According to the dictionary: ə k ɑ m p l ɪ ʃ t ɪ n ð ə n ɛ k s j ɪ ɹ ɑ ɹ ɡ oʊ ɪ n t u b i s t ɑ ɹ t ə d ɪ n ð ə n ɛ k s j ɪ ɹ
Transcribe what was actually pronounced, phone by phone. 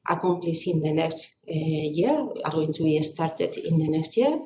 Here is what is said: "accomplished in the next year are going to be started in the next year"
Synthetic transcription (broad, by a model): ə k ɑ m p l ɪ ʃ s ɪ n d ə n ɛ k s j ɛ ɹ ɑ ɹ ɡ oʊ ɪ n s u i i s t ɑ ɹ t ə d ɪ n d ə n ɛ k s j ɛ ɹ